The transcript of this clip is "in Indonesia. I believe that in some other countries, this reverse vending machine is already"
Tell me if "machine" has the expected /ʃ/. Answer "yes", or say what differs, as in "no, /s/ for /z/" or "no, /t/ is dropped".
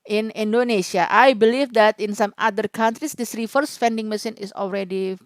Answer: no, /s/ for /ʃ/